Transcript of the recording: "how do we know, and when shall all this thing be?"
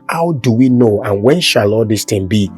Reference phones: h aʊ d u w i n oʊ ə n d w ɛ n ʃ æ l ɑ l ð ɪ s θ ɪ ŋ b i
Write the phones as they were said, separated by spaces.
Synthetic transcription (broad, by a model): h aʊ d u w i n oʊ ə n w ɛ n ʃ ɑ l ɑ l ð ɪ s t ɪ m b i